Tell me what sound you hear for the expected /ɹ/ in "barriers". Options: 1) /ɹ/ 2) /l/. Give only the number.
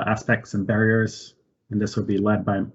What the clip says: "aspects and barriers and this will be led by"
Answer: 1